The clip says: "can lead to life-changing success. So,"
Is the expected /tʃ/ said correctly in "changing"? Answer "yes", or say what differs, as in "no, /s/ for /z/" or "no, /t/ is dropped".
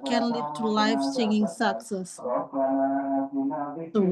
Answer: no, /s/ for /tʃ/